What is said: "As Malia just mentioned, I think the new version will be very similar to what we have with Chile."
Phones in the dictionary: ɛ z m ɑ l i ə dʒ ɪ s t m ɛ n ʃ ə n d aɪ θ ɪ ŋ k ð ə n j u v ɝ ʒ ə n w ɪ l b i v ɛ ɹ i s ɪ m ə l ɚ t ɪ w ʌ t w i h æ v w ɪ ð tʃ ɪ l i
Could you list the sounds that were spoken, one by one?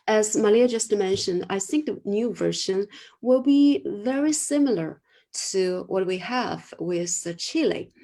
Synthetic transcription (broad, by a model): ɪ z m ɑ l i ə dʒ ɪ s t m ɛ n ʃ ə n d aɪ θ ɪ ŋ k ð ə n j u v ɝ ʃ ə n w ɪ l b i v ɛ ɹ i s ɪ m l ɚ t ɪ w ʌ t w i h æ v w ɪ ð tʃ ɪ l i